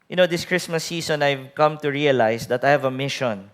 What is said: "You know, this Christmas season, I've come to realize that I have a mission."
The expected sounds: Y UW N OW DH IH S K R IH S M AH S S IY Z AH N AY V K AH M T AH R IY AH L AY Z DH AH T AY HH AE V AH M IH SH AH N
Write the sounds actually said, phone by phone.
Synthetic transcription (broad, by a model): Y N OW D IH S K R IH S M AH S S IY S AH N AY V K AH M T AH R IY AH L AY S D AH T AY HH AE V AH M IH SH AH N